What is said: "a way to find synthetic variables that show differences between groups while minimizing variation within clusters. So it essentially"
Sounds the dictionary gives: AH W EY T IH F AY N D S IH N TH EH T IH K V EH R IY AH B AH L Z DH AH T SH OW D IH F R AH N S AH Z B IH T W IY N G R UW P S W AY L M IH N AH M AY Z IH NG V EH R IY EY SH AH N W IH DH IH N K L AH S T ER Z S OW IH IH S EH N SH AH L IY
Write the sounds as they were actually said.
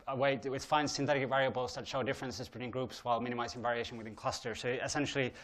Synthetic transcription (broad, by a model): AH W EY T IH F AY N S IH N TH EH T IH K V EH R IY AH B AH L Z DH AH T SH OW D IH F R AH N S AH Z B IH T W IY N G R UW P S W AY L M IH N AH M AY Z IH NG V EH R IY EY SH AH N W IH DH IH N K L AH S T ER S OW IH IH S EH N SH L IY